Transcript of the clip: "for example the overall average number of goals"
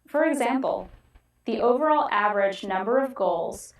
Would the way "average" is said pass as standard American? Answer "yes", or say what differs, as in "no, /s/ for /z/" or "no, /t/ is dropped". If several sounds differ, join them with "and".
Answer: yes